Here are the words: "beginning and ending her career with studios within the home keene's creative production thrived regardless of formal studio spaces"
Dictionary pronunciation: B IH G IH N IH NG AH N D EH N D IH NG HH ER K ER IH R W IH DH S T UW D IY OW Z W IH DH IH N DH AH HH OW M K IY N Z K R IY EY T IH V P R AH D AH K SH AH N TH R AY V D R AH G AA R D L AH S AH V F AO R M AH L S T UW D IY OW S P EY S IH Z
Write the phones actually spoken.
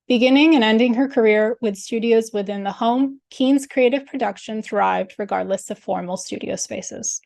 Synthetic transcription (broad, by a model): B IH G IH N IH NG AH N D EH N D IH NG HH ER K ER IH R W IH DH S T UW D IY OW Z W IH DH IH N DH AH HH OW M K IY N Z K R IY EY T IH V P R AH D AH K SH AH N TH R AY V D R AH G AA R D L AH S AH V F AO R M L S T UW D IY OW S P EY S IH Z